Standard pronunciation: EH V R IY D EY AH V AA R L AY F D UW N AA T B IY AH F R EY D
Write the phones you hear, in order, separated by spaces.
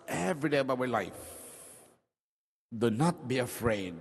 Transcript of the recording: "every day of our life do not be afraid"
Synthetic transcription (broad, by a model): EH V R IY D EY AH B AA W L AY F D UW N AA T B IY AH F R EY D